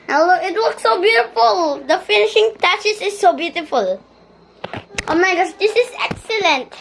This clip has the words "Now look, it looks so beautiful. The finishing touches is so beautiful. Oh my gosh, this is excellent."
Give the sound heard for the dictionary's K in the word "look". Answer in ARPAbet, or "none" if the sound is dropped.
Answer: none